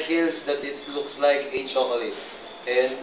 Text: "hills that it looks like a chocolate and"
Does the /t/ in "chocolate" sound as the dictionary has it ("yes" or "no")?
no